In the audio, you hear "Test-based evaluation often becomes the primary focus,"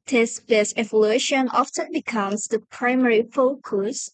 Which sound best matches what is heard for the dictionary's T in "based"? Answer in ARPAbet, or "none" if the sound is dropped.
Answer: none